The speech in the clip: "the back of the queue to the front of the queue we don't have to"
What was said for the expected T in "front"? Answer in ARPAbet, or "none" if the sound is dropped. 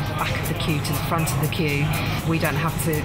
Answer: T